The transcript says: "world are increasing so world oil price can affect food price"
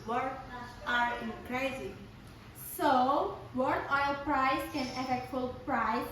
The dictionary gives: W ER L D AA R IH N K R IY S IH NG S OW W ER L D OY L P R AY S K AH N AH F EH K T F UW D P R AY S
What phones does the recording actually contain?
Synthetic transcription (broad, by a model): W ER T AA R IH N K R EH IH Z S OW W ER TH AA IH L P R AY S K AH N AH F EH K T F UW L P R AY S